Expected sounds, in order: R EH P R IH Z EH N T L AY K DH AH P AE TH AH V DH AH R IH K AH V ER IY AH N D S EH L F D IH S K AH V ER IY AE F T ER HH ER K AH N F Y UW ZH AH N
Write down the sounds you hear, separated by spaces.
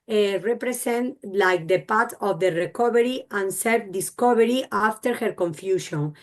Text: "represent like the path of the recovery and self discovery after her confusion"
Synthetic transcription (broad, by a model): R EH P R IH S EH N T L AY K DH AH P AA T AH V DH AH R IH K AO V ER IY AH N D S EH L F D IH S K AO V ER IY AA F T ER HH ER K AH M F Y UW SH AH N